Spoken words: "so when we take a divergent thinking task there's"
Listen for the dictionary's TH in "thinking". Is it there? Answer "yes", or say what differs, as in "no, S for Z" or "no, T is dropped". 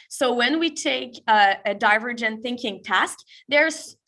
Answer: yes